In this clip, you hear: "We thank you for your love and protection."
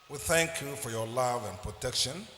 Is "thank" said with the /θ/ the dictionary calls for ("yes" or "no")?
yes